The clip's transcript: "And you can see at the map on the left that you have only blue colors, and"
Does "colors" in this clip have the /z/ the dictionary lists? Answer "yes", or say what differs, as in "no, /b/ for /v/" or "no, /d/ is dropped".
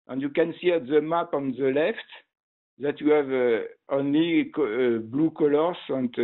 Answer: no, /s/ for /z/